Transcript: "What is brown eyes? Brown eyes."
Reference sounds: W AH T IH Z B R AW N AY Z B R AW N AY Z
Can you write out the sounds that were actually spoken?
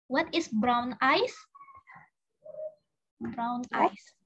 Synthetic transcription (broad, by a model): W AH T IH S B R AW N AY S B R AW N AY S